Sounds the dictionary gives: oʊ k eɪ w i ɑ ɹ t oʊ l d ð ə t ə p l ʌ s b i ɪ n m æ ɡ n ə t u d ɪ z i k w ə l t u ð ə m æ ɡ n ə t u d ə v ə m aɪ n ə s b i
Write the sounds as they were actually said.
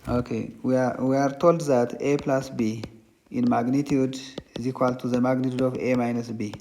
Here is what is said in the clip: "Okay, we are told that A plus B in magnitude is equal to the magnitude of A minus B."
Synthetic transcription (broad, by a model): oʊ k eɪ w i ɑ ɹ t oʊ l d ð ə t ə p l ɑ s b i ɪ n m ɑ ɡ n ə t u d ɪ z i k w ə l t u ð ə m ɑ ɡ n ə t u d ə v ə m aɪ n ə s b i